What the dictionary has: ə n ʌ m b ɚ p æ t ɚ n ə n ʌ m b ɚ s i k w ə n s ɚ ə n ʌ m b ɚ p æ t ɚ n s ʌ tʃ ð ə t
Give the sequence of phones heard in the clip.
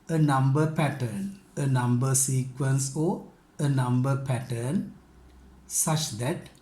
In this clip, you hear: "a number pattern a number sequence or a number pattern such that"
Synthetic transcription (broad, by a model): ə n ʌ m b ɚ p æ t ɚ n ə n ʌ m b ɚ s i k w ə n s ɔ ə n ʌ m b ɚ p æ t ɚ n s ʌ tʃ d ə t